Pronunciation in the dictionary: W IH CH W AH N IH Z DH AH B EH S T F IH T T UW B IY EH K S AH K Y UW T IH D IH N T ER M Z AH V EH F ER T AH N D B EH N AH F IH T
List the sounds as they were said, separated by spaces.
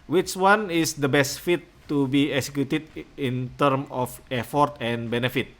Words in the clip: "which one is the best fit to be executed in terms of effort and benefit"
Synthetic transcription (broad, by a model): W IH CH W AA N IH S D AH B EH S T F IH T T UW B IY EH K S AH K Y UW T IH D IH N T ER M AH F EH F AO T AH N B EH N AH F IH T